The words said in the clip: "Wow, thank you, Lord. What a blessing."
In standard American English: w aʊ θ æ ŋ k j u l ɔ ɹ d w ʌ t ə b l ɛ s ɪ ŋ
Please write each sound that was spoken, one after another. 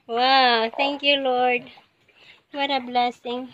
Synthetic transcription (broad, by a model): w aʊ t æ ŋ k j u l ɔ ɹ d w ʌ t ə b l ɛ s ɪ ŋ